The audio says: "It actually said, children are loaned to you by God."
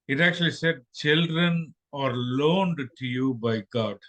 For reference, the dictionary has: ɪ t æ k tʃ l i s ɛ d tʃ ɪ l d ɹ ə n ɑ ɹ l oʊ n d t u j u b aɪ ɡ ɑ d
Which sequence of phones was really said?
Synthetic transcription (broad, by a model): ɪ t æ k tʃ l i s ɛ d tʃ ɪ l d ɹ ə n ɑ ɹ l oʊ n d t u j u b aɪ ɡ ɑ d